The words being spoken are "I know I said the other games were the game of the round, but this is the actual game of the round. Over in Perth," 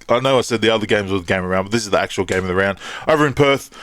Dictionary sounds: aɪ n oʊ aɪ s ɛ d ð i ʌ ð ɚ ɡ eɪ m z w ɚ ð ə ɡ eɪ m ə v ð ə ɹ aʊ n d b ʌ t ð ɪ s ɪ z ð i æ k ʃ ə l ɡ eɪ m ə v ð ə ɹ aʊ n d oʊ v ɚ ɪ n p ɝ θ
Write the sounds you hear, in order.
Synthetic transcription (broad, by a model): aɪ n oʊ aɪ s ɛ d ð i ʌ ð ɚ ɡ eɪ m z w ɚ ð ə ɡ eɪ ə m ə ɹ aʊ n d b ʌ t ð ɪ s ɪ z ð i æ k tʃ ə l ɡ eɪ m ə ð ə ɹ aʊ n d oʊ v ɚ ɪ n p ɝ θ